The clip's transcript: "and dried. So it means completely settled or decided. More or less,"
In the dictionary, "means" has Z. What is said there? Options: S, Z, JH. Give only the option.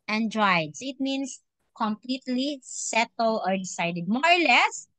S